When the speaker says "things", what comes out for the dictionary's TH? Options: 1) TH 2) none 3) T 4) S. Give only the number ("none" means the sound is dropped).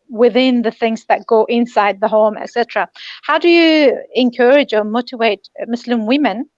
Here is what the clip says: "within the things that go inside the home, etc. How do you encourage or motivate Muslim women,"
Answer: 1